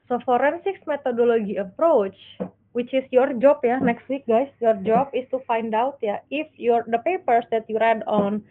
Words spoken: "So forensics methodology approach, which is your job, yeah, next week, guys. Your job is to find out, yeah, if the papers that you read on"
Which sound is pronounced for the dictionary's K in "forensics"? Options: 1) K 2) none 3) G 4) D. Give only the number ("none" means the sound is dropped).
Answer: 1